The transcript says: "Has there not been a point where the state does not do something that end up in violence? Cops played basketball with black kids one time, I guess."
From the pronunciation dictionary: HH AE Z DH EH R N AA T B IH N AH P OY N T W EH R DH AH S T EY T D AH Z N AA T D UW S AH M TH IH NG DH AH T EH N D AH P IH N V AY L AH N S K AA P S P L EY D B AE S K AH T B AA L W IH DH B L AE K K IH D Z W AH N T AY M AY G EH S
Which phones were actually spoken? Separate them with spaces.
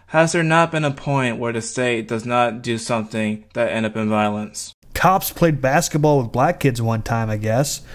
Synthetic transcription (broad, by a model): HH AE Z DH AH R N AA T B IH N AH P OY N T W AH R DH AH S T EY T D AH Z N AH T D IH S AH M TH IH NG DH AH T EH N D AH P IH N V AY L AH N S K AA P S P L EY D B AE S K AH T B AA L W IH DH B L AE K K IH D Z W AH N T AY M AY G EH S